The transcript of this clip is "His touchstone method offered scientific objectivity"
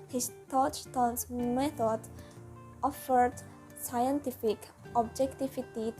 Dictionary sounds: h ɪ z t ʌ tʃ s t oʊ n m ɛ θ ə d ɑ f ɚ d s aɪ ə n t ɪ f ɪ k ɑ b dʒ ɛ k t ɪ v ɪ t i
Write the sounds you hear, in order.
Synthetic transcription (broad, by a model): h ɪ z t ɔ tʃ t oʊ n m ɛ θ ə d ɑ f ɚ d s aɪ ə n t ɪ f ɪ k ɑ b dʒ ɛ k t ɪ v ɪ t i